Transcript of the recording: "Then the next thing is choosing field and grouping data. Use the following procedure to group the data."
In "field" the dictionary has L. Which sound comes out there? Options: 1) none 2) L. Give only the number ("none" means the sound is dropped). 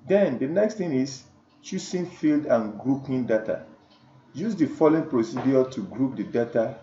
2